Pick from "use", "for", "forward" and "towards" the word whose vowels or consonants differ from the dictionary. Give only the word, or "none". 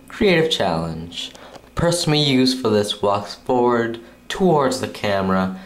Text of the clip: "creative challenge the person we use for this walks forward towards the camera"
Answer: none